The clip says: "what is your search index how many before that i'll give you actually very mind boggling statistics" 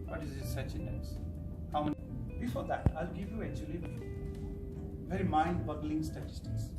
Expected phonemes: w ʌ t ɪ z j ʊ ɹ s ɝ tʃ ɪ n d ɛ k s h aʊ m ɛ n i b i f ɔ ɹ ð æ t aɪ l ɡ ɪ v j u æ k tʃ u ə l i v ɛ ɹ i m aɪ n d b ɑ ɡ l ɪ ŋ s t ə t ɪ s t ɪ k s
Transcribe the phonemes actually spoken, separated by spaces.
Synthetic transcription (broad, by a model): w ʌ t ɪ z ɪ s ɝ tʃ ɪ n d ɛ s h aʊ m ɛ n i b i f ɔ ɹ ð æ t aɪ l ɡ ɪ v j u æ k tʃ u ə l i v ɛ ɹ i m aɪ n d b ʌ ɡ l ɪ ŋ s t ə t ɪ s t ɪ k s